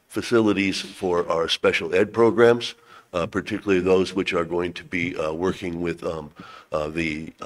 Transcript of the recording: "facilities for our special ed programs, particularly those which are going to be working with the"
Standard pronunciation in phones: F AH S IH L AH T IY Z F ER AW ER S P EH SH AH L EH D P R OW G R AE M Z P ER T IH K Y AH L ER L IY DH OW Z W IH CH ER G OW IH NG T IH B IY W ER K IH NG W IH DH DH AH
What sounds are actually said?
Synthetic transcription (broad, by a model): F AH S IH L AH T IY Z F ER AW ER S P EH SH L EH D P R OW G R AE M Z P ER T IH K Y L L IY DH OW Z W IH CH ER G OW IH NG T IH B IY W ER K IH NG W IH DH DH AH